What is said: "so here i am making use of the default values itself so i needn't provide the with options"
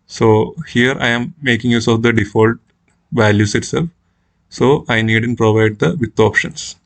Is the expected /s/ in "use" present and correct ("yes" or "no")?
yes